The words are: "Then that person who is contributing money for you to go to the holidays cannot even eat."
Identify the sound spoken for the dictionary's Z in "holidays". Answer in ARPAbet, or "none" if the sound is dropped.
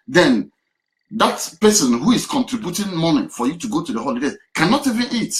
none